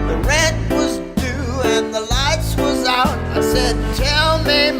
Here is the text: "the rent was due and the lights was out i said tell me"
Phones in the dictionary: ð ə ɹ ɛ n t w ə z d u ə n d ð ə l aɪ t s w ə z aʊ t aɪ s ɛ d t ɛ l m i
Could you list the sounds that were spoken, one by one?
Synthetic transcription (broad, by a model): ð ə ɹ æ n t w ə z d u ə n ð ə l aɪ t s w ə z aʊ t aɪ s ɛ d t ɛ l m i